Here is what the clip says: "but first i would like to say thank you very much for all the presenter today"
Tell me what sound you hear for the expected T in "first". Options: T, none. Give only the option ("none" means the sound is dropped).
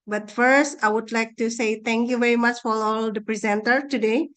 T